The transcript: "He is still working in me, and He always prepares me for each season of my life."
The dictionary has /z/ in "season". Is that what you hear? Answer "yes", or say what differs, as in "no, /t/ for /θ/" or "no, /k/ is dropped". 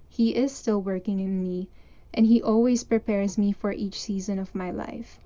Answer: yes